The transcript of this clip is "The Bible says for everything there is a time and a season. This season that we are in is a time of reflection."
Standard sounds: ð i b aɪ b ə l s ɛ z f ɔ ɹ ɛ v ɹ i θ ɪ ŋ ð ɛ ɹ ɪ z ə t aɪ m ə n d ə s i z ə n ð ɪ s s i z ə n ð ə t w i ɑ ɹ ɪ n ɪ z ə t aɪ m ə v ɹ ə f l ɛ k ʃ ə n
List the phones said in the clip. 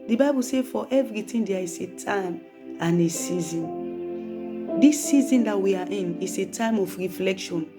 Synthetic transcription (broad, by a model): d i b aɪ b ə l s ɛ f ɔ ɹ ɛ v ɹ i t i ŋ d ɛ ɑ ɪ s ə t aɪ m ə n ə s i z ə n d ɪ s s i z ə n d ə t w i ɑ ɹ ɪ n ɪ s ə t aɪ m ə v ɹ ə f l ɛ k ʃ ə n